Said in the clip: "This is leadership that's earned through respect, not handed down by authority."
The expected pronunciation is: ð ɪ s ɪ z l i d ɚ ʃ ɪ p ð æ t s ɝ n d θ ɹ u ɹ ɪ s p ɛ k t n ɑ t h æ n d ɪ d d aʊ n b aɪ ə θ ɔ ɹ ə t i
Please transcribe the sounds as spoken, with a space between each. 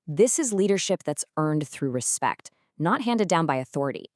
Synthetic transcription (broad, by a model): ð ɪ s ɪ z l i d ɚ ʃ ɪ p ð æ t s ɝ n d θ ɹ u ɹ ɪ s p ɛ k t n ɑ t h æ n d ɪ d d aʊ n b aɪ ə θ ɔ ɹ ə t i